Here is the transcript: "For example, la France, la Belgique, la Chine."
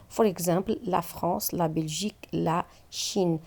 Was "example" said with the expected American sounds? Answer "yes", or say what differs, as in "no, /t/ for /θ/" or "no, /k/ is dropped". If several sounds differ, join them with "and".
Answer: no, /m/ is dropped